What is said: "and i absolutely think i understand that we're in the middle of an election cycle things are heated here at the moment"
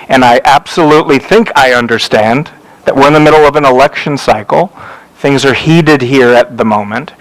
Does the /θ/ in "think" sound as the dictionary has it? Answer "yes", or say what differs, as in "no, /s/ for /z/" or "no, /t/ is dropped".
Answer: yes